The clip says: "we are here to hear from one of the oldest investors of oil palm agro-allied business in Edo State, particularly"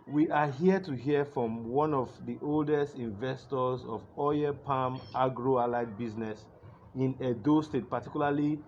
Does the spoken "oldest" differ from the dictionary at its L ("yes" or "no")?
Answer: no